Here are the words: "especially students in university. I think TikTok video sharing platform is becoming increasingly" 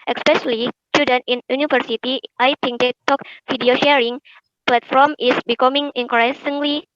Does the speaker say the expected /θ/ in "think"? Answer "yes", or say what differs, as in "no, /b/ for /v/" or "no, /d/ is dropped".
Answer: no, /t/ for /θ/